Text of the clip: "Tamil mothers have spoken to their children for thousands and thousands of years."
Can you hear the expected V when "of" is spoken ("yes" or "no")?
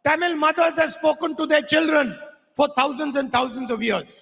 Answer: yes